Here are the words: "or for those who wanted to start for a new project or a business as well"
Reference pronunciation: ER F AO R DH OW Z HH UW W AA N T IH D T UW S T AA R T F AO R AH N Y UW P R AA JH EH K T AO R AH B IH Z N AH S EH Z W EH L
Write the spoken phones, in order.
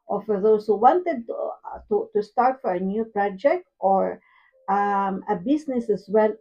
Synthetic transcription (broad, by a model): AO F AO R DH OW S HH UW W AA N T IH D T UW S T AA R T F AO R AH N Y UW P R AA JH EH K T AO R AH B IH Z N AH S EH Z W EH L